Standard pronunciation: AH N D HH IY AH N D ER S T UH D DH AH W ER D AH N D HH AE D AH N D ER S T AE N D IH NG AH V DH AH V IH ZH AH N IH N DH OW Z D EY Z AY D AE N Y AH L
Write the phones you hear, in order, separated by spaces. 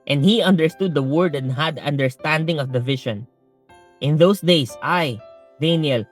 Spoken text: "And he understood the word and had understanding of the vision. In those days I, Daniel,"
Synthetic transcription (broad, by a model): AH N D HH IY AH N D ER S T UH D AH W ER D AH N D HH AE D AH N D ER S T AE N D IH NG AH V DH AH V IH SH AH N IH N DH OW S D EY S AY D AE N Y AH L